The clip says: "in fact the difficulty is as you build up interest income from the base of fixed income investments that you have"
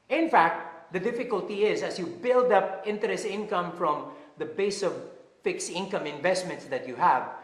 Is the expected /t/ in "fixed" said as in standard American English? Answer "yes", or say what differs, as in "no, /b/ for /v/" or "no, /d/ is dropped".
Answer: no, /t/ is dropped